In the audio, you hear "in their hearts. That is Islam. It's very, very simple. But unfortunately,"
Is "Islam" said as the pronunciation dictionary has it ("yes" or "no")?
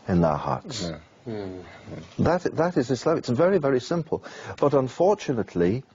no